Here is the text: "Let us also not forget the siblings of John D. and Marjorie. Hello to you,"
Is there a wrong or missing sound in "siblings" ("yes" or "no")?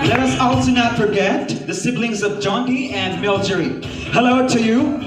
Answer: no